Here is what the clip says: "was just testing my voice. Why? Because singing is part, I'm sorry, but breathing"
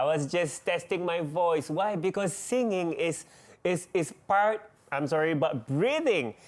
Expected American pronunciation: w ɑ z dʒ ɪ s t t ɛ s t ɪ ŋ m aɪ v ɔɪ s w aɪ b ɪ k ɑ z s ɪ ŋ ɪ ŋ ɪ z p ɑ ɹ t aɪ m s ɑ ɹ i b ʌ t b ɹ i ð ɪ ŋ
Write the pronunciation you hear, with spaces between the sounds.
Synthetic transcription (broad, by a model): w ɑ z dʒ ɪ s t t ɛ s t ɪ ŋ m aɪ v ɔɪ s w aɪ b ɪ k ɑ s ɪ ŋ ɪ ŋ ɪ s p ɑ ɹ t aɪ m s ɑ ɹ i b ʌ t b ɹ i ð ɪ ŋ